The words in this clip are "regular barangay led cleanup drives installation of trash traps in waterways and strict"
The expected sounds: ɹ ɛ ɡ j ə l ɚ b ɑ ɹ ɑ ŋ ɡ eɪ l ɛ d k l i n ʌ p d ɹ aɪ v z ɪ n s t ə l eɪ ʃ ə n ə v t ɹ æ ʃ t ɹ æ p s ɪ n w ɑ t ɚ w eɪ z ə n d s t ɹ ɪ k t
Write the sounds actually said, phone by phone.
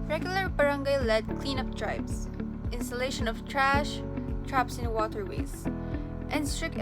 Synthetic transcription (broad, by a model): ɹ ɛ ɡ j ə l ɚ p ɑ ɹ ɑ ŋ ɡ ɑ l ɛ d k l i n ʌ p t ɹ aɪ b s ɪ n s t ə l eɪ ʃ ə n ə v t ɹ æ ʃ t ɹ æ p s ɪ n w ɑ t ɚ w eɪ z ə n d s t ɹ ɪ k